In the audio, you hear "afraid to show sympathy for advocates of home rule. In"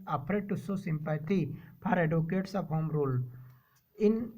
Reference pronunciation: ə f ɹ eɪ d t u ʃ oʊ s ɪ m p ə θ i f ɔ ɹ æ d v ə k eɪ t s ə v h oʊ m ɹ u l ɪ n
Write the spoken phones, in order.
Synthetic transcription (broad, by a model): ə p ɹ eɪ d t u s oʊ s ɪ m p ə t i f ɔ ɹ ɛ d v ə k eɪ t s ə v h oʊ m ɹ u l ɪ n